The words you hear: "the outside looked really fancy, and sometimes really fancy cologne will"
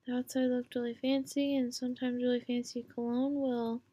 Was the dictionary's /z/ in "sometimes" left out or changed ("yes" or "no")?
no